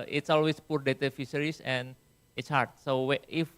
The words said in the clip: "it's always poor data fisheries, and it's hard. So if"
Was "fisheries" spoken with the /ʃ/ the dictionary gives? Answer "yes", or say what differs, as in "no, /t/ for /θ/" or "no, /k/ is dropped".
no, /s/ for /ʃ/